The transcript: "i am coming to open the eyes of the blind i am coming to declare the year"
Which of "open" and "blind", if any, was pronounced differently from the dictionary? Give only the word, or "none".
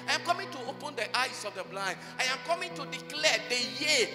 blind